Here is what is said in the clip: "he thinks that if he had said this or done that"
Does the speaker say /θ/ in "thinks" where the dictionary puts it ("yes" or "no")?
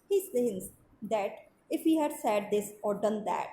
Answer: no